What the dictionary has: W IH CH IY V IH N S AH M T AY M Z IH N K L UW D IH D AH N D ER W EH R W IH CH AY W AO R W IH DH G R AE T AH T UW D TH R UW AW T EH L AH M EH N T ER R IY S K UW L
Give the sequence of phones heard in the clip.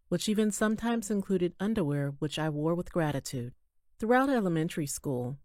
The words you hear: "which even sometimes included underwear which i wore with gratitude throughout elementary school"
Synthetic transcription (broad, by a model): W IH CH IY V IH N S AH M T AY M Z IH N K L UW D IH D AH N D ER W EH R W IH CH AY W AO R W IH DH G R AE T AH T UW D TH R UW AW T EH L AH M EH N T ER R IY S K UW L